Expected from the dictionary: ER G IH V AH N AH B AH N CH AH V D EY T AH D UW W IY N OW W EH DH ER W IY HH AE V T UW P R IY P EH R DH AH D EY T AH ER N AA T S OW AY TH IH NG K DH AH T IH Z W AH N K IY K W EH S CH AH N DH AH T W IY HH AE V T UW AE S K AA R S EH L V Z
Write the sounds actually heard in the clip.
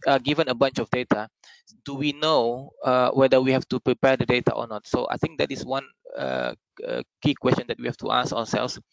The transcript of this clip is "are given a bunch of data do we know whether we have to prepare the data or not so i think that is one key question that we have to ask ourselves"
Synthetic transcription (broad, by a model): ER G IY V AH N AH B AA N CH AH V D EY T AH D UW W IY N OW W EH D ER W IY HH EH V T UW P R IY P EH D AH D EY T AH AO N AA T S OW AY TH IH NG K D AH T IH S W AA N K IY K W EH S CH AH N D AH T W IY HH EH F T UW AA S AA S EH L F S